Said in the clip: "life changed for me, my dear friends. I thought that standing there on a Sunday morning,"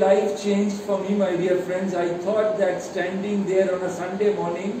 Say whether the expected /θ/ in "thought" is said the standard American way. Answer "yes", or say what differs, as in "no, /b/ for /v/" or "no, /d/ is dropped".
no, /t/ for /θ/